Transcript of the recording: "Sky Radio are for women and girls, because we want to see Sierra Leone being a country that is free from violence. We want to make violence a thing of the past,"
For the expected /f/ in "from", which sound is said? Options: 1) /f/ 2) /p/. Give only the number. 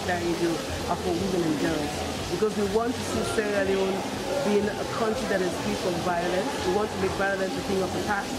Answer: 2